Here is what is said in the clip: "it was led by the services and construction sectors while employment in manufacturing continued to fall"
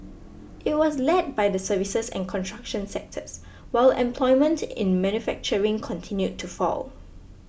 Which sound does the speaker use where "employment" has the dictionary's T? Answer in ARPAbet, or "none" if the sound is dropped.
T